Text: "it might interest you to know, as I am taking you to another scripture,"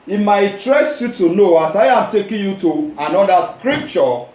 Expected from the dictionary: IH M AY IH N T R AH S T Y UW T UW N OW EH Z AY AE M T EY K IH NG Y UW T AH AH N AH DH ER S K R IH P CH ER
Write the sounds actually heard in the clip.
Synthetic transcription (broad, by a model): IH M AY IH T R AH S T Y UW T UW N OW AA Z AY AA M T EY K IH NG Y UW T AH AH N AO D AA S K R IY P CH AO